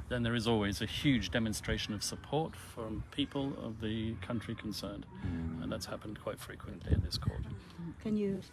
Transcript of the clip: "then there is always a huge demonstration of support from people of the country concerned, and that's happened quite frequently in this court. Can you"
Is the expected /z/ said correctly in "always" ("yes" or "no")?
yes